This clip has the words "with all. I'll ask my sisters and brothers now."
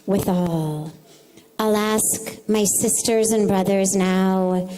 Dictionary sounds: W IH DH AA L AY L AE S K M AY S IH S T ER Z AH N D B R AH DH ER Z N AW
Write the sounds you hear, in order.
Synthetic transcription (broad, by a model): W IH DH AA L AY L AE S K M AY S IH S T ER Z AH N B R AH DH ER Z N AW